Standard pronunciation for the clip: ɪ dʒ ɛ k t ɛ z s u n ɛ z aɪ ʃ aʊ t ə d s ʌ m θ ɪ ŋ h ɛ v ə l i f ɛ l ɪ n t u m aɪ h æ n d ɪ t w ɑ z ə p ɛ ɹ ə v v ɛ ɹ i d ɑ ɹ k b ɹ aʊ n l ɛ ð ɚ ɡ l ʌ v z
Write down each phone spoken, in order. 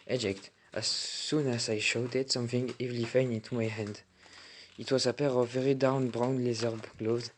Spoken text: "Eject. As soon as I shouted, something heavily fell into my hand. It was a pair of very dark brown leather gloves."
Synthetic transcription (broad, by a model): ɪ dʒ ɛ k t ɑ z s u n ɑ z aɪ ʃ aʊ t ə d s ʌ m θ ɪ ŋ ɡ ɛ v l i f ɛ n ɪ n t u m aɪ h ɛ n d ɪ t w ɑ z ə p ɛ ɹ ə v v ɛ ɹ i d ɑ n b ɹ aʊ n l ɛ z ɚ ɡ l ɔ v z